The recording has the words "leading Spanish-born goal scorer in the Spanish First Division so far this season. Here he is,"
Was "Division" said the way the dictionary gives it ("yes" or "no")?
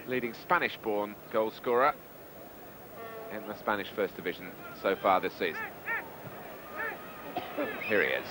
yes